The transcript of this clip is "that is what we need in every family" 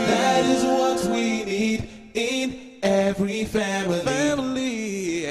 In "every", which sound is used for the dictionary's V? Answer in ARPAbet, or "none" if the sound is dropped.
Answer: V